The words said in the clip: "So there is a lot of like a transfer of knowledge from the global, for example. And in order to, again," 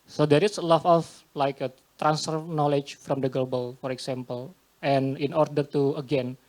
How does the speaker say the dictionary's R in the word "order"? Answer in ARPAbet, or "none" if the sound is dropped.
R